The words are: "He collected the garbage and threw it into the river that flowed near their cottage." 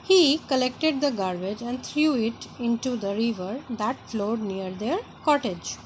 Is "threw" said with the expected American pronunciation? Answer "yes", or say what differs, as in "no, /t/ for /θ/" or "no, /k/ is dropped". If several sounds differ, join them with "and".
no, /t/ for /θ/